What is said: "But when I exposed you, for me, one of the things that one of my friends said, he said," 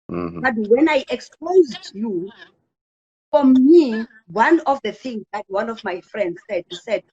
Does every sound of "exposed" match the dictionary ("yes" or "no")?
yes